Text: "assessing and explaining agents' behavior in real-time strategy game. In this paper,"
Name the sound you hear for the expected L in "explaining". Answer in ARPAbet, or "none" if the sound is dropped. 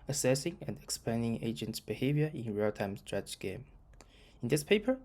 none